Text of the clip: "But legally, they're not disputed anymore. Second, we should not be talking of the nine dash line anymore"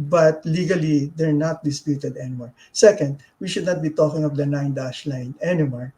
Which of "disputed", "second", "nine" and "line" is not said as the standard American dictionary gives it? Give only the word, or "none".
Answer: none